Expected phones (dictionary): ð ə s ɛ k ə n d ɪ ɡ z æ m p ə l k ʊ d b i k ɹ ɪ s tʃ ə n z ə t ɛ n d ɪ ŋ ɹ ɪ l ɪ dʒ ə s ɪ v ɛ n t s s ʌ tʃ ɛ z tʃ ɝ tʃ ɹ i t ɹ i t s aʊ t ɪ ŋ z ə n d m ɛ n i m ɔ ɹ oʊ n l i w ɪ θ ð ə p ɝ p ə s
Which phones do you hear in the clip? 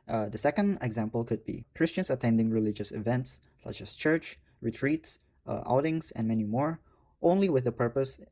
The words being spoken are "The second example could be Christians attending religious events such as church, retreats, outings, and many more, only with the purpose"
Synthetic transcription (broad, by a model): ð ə s ɛ k ə n d ɪ ɡ z æ m p ə l k ʊ d b i k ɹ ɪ s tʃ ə n s ə t ɛ n d ɪ ŋ ɹ ɪ l ɪ dʒ ə s ɪ v ɛ n t s s ʌ tʃ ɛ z tʃ ɝ tʃ ɹ i t ɹ i t s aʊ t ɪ ŋ s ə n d m ɛ n i m ɔ ɹ oʊ n l i w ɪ ð ə p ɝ p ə s